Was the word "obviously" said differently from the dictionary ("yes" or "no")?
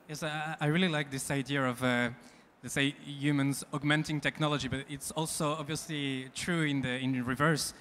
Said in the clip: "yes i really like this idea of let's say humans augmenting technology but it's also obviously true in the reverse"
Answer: no